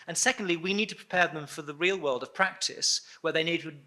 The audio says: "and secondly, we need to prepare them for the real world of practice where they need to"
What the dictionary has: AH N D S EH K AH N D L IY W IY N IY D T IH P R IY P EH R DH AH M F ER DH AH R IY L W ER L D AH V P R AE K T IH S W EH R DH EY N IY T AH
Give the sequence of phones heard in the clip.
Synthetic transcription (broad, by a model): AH N S EH K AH N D L IY W IY N IY D T IH P R IY P EH R DH AH M F ER DH AH R IY L W ER L D AH V P R AE K T IH S W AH R DH EY N IY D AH